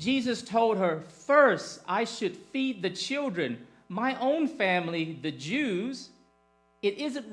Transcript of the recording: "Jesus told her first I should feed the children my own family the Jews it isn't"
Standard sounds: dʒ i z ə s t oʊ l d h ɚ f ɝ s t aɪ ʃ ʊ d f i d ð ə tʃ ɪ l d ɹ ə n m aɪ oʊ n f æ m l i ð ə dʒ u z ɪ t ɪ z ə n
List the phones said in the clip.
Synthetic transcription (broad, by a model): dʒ i z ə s t oʊ l d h ɚ f ɝ s t aɪ ʃ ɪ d f i d ð ə tʃ ɪ l d ɹ ə n m aɪ oʊ n f æ m l i ð ə dʒ u z ɪ t ɪ z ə n